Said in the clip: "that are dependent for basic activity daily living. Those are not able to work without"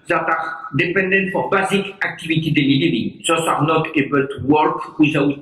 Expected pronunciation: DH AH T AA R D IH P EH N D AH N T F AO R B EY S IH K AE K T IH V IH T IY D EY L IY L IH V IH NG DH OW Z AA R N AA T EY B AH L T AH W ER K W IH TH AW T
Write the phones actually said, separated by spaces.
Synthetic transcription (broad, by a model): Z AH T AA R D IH P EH N D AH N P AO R B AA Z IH K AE K T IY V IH T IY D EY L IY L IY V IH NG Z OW S AA R N AA T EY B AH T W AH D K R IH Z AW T